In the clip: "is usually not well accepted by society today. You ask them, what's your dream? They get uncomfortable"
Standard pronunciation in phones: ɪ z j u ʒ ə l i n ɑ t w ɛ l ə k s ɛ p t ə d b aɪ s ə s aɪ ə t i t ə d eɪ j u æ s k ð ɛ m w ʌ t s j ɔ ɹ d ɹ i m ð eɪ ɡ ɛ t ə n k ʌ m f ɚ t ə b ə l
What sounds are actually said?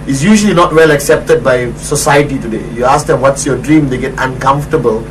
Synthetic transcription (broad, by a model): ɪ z j u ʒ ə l i n ɑ t w ɛ l ə k s ɛ p t ə d b aɪ s ə s aɪ ə t i t ə d eɪ j u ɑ s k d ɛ m w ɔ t s j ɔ d ɹ i m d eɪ ɡ ɛ t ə n k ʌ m f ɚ t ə b ə l